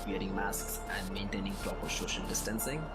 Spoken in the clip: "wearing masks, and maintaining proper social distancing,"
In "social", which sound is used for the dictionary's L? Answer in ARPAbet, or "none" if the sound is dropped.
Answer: N